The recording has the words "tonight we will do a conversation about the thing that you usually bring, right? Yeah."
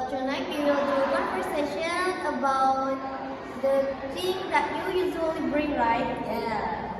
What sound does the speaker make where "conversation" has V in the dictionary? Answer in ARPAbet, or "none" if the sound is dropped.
P